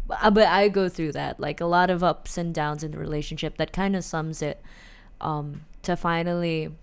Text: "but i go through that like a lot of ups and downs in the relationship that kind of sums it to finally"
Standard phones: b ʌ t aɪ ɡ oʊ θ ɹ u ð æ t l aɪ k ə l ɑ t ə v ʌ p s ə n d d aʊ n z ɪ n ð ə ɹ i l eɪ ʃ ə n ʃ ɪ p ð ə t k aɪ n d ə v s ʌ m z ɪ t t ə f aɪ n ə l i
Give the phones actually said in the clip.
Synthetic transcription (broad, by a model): b ʌ t aɪ ɡ oʊ θ ɹ u ð æ t l aɪ k ə l ɑ t ə v ʌ p s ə n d d aʊ n z ɪ n ð ə ɹ i l eɪ ʃ ə n ʃ ɪ p ð ə t k aɪ n d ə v s ʌ m z ɪ t t ə f aɪ n l i